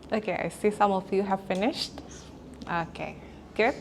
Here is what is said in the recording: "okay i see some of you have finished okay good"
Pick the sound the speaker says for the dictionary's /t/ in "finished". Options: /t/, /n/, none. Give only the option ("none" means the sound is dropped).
/t/